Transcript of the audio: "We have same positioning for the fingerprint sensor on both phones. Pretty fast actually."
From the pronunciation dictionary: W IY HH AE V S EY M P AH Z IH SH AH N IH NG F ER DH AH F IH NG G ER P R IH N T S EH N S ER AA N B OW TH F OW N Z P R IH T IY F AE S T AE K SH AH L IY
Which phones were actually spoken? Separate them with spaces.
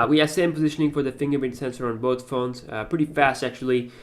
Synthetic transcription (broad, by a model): W IY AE S EY M P AH Z IH SH AH N IH NG F ER DH AH F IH NG G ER R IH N S EH N S ER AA N B OW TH F OW N Z P R IH T IY F AE S T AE K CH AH L IY